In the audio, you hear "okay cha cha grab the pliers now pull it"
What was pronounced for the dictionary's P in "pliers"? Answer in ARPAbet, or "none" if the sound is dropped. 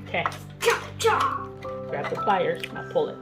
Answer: F